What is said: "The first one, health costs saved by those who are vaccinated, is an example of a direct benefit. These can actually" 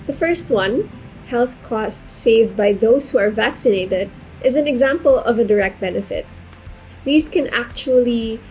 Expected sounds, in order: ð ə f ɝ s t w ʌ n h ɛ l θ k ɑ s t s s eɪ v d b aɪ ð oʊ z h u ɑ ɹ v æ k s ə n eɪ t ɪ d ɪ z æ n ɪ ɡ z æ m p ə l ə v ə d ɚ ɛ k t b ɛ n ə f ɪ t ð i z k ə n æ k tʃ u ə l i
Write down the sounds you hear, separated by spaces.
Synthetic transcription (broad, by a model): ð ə f ɝ s t w ʌ n h ɛ l θ k ɑ s t s s eɪ v d b aɪ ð oʊ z h u ɑ ɹ v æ k s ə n eɪ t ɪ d ɪ z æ n ɪ ɡ z æ m p ə l ə v ə d ɚ ɛ k t b ɛ n ə f ɪ t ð i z k ə n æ k tʃ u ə l i